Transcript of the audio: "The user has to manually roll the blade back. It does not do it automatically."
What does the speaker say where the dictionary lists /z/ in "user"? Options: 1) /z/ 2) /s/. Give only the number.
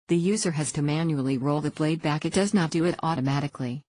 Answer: 1